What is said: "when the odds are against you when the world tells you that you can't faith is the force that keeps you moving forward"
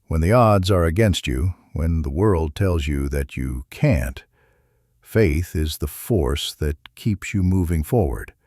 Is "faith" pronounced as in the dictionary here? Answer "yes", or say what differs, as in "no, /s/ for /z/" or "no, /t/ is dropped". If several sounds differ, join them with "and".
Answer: yes